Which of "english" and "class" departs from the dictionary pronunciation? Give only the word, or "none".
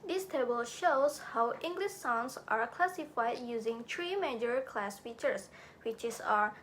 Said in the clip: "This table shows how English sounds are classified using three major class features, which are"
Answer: none